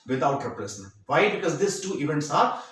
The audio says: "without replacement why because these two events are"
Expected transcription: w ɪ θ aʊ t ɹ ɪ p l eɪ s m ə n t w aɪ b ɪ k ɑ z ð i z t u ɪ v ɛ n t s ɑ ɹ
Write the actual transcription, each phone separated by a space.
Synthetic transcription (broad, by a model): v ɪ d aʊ t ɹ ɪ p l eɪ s ə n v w aɪ b ɪ k ɑ z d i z t u ɪ v ɛ n t s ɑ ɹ